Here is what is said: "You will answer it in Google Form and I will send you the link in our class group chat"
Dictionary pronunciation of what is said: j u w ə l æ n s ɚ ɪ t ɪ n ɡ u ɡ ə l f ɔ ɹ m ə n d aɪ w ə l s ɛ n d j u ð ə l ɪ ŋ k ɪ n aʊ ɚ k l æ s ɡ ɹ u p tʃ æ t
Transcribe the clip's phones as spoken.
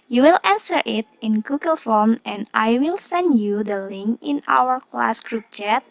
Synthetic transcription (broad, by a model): j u w ə l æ n s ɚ ɪ t ɪ n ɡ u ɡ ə l f ɔ ɹ m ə n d aɪ w ə l s ɛ n d j u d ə l ɪ ŋ k ɪ n aʊ ɚ k l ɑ s ɡ ɹ u p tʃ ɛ t